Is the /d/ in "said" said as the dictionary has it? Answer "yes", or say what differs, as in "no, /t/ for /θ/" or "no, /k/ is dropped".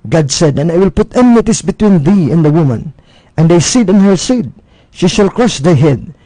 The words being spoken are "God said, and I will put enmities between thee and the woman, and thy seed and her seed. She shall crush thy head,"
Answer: yes